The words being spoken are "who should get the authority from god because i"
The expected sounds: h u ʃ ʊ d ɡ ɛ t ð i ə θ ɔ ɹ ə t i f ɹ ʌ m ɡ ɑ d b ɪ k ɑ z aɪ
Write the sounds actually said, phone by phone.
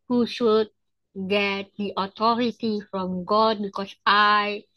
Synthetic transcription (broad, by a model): h u ʃ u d ɡ ɛ t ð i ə t ɔ ɹ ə t i f ɹ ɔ m ɡ ɑ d b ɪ k ɑ s aɪ